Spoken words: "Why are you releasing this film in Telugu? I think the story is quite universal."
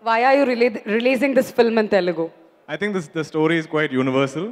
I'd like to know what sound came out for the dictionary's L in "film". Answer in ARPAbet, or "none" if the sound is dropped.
L